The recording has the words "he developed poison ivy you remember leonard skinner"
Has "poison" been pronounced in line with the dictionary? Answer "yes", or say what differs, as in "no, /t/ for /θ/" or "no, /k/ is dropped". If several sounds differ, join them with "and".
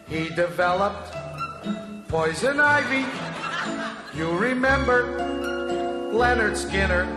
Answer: yes